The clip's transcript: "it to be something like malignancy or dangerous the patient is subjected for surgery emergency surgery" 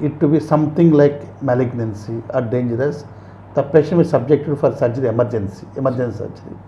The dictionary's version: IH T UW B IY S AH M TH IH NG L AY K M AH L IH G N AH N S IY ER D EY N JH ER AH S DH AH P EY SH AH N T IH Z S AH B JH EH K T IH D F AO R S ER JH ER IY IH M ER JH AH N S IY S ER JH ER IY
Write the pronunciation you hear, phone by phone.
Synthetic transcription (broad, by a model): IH T UW B IY S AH M T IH NG L AY K M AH L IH G N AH N S IY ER D EY N JH ER AH S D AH P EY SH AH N IH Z S AH B JH EH K T IH D F AO R S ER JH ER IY IH M ER JH AH N S IY S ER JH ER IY